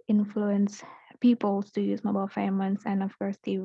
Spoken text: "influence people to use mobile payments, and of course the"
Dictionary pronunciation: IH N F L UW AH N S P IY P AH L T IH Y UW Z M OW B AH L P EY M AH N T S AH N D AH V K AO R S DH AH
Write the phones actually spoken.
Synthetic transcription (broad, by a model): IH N F L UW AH N S P IY P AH L T IH Y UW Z M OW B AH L F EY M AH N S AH N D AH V K AO R S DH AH